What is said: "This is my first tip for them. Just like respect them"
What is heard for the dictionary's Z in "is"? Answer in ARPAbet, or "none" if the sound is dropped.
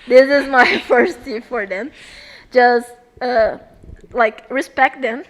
Z